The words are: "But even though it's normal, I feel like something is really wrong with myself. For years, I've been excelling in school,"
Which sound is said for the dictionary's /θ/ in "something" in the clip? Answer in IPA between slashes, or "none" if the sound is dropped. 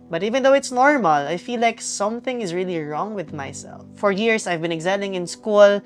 /θ/